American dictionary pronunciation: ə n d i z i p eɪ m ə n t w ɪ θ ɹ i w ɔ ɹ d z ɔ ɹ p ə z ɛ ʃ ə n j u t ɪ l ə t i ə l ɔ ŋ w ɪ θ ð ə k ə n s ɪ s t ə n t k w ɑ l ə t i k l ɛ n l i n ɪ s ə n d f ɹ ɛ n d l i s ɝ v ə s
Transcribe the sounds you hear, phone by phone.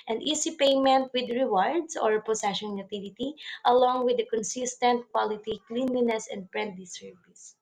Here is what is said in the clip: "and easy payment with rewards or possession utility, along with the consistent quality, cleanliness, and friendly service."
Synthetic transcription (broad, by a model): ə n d i s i p eɪ m ə n t w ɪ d ɹ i w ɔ ɹ d s ɔ ɹ p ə s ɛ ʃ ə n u t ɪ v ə t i ə l ɔ ŋ w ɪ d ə k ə n s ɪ s t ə n t k w ɑ l ə t i k l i n l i n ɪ s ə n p ɹ ɛ n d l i s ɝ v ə s